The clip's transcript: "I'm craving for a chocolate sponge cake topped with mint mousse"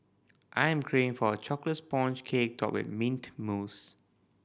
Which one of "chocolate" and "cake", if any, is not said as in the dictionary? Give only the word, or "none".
none